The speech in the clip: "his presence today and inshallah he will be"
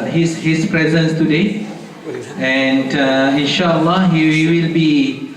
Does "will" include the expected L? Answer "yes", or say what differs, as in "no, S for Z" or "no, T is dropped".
yes